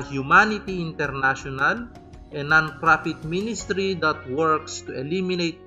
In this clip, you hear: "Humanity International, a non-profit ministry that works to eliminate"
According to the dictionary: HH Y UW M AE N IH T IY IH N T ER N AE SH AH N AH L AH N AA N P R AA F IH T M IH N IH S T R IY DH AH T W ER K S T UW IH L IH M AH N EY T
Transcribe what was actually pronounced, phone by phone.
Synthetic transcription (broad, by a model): HH Y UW M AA N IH T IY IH N T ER N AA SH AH N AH L AH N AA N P R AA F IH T M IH N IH S T R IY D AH T W ER K S T UW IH L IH M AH N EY T